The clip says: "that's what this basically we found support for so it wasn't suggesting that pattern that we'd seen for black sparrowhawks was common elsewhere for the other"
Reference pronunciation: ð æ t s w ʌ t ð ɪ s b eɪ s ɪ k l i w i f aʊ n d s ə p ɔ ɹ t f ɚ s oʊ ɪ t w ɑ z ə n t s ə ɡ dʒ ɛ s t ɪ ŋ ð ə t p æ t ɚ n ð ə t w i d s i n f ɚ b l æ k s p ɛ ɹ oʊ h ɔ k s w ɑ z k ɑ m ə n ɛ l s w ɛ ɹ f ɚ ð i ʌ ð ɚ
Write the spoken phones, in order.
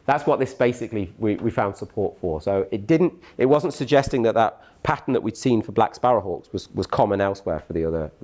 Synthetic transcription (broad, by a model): ð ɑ t s w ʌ t ð ɪ s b eɪ s ɪ k l i w i f aʊ n d s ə p ɔ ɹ t f ɚ s oʊ ɪ t w ɑ z ə n t s ə ɡ dʒ ɛ s t ɪ ŋ ð ə t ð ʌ t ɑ n ð ə t w i d s i n f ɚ b l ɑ k s p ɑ ɹ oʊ h ɔ k s w ɑ z k ɑ m ə n ɛ l s w ɛ ɹ f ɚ ð i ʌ ð ɚ